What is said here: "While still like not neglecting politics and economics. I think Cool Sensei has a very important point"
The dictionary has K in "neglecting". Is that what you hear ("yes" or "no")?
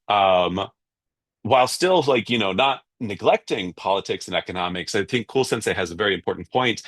yes